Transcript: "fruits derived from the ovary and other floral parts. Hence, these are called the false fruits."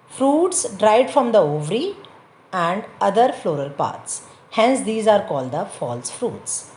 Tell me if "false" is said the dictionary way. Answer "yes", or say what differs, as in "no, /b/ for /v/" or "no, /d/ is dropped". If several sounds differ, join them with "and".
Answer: yes